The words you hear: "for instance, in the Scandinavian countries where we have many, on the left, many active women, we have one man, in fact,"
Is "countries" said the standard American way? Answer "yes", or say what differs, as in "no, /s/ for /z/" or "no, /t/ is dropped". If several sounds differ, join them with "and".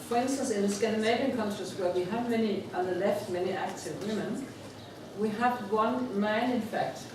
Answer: no, /s/ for /t/